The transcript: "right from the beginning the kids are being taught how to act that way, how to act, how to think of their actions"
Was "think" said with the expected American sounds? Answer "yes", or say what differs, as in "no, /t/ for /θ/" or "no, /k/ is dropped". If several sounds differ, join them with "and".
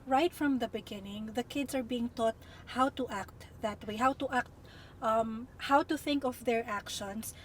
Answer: yes